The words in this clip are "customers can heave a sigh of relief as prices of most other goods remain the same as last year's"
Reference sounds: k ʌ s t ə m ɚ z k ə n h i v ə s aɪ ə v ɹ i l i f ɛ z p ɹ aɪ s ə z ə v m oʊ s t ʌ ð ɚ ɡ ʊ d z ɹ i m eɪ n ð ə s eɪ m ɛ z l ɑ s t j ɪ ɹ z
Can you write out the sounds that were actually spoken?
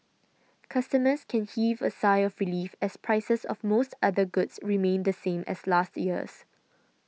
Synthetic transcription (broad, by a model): k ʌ s t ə m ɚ s k ə n h i v ə s aɪ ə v ɹ i l i f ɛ s p ɹ aɪ s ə s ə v m oʊ s t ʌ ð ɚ ɡ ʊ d s ɹ i m eɪ n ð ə s eɪ m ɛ s l ɑ s t j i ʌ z